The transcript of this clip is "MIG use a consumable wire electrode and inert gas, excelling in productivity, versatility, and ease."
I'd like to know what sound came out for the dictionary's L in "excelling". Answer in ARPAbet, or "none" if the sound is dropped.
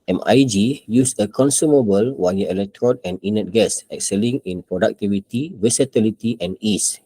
L